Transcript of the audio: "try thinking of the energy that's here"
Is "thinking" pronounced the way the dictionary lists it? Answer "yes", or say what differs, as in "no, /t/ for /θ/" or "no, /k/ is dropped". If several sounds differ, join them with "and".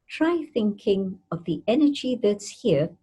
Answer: yes